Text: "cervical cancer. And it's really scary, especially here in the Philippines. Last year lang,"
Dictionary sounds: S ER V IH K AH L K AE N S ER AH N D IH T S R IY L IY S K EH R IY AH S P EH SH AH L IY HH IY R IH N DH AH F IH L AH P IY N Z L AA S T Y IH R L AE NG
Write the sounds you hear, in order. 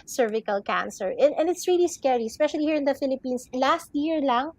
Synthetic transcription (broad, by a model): S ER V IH K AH L K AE N S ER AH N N IH T S R IY L IY S K EH R IY AH S P EH SH AH L IY HH IY R IH N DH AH F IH L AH P IY N S L AA S T Y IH R L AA NG